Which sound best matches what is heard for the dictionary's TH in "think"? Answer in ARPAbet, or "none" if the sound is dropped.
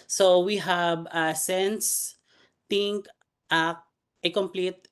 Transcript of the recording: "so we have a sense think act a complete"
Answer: T